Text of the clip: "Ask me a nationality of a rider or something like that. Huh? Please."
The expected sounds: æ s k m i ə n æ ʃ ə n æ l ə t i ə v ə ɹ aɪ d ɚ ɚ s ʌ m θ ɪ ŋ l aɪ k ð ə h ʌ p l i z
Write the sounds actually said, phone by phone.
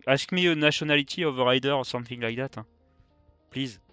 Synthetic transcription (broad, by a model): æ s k m i ə n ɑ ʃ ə n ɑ l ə t i ə v ə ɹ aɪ d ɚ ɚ s ʌ m θ ɪ ŋ l aɪ k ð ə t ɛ p l i z